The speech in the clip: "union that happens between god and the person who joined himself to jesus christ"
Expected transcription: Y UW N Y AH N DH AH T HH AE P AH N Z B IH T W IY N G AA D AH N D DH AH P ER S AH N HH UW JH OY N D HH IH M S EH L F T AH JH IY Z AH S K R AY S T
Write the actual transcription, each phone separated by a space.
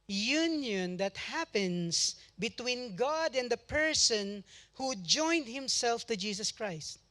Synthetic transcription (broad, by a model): Y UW N Y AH N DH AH T HH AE P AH N S B IH T W IY N G AA D AH N D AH P ER S AH N HH UW JH OY N D HH IH M S EH L F T AH JH IY S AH S K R AY S T